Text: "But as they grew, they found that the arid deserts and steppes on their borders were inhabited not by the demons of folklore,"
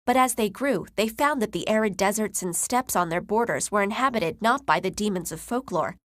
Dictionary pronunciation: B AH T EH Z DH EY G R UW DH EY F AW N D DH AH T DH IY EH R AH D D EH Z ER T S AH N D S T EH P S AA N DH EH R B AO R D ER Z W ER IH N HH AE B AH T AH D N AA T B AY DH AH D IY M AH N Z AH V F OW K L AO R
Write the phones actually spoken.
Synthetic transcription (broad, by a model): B AH T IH Z DH EY G R UW DH EY F AW N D DH AH T DH IY EH R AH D D EH Z ER T S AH N S T EH P S N DH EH R B AO R D ER Z W ER IH N HH AE B AH T AH D N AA T B AY DH AH D IY M AH N Z AH V F OW K L AO R